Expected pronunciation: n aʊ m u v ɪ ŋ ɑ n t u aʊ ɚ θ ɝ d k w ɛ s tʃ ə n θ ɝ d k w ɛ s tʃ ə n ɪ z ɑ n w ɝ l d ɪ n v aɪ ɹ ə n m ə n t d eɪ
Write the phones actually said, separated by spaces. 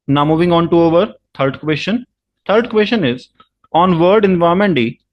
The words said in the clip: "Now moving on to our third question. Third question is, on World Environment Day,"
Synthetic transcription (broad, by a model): n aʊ m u v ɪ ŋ ɑ n t u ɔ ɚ t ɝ d k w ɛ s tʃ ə n t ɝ d k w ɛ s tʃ ə n ɪ z ɑ n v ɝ d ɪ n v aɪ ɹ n m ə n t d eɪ